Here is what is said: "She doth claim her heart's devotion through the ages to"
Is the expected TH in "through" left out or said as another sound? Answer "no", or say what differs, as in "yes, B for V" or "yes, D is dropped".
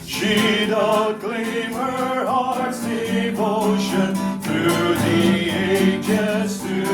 no